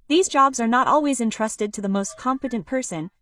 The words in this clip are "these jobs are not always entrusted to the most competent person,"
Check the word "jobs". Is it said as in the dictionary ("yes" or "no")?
yes